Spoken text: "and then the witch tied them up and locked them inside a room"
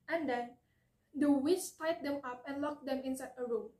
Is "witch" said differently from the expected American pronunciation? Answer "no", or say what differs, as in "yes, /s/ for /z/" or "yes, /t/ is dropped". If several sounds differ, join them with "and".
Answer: yes, /s/ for /tʃ/